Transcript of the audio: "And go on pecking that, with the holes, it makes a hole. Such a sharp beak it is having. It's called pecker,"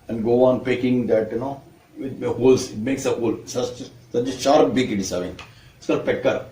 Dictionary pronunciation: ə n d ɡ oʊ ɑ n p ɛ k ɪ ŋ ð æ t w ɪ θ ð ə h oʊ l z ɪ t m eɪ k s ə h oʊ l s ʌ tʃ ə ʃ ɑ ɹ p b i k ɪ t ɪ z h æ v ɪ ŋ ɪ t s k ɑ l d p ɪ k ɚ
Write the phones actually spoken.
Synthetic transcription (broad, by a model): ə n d ɡ oʊ ɑ n p ɛ k ɪ ŋ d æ t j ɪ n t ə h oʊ l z ɪ t m eɪ k s ə h oʊ l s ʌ s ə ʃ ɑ ɹ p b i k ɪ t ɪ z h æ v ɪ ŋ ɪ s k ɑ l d p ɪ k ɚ